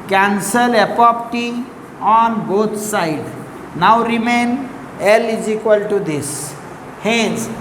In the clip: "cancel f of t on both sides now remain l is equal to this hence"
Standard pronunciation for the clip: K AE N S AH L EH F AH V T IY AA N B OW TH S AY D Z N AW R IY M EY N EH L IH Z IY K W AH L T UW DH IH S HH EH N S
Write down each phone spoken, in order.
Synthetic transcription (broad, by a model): K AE N S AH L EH P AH P T IY AA N B OW T S AY D N AW R IY M EY N EH L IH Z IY K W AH L T UW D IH S HH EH N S